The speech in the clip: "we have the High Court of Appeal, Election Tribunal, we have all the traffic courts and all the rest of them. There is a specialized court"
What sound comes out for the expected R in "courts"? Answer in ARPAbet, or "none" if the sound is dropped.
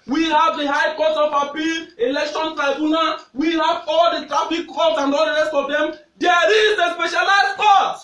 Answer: L